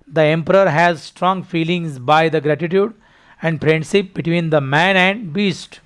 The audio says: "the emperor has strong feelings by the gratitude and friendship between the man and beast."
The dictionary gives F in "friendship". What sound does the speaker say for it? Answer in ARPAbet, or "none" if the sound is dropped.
P